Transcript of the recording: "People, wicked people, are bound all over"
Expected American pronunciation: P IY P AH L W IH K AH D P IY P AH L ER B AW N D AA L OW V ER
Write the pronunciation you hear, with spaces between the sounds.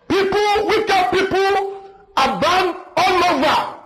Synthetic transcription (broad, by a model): P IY P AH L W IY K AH P IY P AH L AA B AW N AA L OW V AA